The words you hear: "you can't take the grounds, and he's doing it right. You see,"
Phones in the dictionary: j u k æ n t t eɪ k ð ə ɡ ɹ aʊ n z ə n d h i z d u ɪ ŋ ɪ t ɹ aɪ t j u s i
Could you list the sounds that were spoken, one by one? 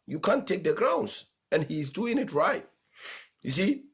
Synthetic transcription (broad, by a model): j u k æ n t t eɪ k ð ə ɡ ɹ aʊ n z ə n h i z d u ɪ ŋ ɪ t ɹ aɪ t j u s i